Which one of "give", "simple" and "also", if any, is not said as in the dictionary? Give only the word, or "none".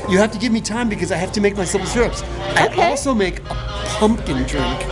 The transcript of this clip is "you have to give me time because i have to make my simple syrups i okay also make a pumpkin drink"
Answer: simple